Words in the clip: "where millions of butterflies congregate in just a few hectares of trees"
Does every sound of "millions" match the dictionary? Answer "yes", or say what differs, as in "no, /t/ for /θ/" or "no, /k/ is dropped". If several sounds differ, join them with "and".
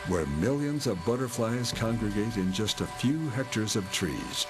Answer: yes